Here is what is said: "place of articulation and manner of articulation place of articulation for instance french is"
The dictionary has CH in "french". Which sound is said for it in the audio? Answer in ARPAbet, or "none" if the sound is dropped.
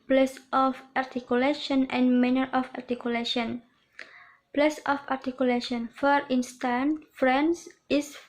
S